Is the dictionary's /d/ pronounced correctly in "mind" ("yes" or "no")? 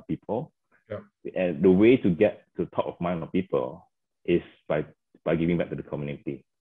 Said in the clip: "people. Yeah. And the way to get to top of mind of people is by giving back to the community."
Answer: no